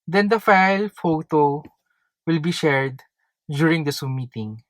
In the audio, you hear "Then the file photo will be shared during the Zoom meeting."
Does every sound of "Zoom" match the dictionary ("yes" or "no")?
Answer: no